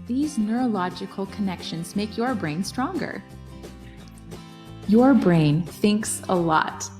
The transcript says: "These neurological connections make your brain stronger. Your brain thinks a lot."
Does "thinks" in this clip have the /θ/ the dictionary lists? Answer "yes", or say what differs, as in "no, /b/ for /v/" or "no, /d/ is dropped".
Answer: yes